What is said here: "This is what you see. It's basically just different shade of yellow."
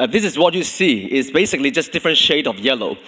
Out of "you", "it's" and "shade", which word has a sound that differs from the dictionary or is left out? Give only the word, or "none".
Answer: none